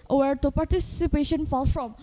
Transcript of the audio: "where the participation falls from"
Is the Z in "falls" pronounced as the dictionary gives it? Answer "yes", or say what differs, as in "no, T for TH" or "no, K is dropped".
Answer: no, Z is dropped